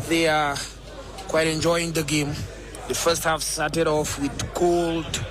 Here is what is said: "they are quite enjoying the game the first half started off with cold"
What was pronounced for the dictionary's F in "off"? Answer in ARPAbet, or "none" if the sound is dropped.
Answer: F